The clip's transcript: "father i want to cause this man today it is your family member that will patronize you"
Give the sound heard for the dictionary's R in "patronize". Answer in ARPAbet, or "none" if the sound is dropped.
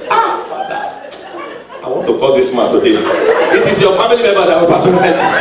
none